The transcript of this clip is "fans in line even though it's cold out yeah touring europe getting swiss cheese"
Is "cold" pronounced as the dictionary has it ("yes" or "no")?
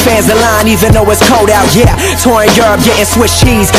yes